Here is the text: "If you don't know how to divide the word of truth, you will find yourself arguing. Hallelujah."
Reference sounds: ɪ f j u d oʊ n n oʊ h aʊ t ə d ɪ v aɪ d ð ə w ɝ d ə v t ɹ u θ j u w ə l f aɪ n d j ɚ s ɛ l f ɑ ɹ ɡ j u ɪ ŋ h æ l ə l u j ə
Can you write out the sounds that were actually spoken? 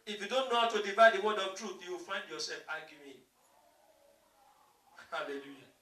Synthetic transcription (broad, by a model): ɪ f j u d oʊ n n oʊ h aʊ t ə d ɪ v aɪ d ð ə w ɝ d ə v t ɹ u θ j u w ə l f aɪ n d j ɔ s ɛ l f ɑ ɡ j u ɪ h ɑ l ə l u j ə